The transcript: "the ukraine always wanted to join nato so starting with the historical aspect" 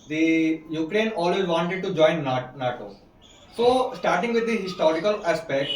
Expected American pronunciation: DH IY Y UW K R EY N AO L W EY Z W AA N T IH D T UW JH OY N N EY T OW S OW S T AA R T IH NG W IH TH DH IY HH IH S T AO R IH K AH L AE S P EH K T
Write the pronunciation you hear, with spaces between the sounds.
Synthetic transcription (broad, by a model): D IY Y UW K R EY N AO L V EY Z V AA N T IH D T UW JH OY N N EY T OW S OW S T AA R T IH NG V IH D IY HH IH S T AO R IH K AH L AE S P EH K T